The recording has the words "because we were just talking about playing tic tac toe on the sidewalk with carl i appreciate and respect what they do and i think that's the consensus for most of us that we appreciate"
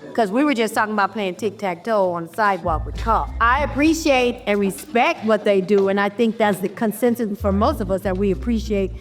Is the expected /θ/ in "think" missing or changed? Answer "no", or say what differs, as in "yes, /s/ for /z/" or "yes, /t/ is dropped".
no